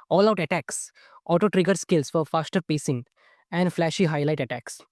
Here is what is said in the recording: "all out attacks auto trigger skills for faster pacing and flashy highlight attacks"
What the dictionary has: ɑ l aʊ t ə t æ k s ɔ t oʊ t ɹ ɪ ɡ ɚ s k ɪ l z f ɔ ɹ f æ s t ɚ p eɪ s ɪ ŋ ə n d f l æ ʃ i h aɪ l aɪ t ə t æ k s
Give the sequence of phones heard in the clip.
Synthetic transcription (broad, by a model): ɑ l aʊ t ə t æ k s ɔ t oʊ t ɹ ɪ ɡ ɚ s k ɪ l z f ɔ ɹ f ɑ s t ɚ p eɪ s ɪ ŋ ə n d f l æ ʃ i h aɪ l aɪ t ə t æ k s